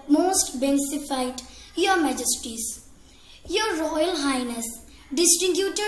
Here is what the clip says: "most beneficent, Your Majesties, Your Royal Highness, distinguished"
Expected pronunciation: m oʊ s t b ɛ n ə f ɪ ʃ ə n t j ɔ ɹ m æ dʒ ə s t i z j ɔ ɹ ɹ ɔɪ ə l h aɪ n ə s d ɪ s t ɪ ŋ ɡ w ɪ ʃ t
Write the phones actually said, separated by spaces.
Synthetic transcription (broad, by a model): m oʊ s t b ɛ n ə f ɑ ə t j ɔ ɹ m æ dʒ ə s t i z j ɔ ɹ ɹ ɔɪ ə l h aɪ n ə s d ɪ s t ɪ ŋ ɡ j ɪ t